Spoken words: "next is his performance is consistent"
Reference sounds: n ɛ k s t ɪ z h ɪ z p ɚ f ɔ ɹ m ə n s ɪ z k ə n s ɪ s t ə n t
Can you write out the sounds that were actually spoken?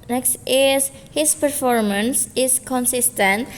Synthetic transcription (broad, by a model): n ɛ k s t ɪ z h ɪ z p ɚ f ɔ ɹ m ə n s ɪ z k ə n s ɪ s t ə n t